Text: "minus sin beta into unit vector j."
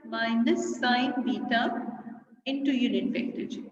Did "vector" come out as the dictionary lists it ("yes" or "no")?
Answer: no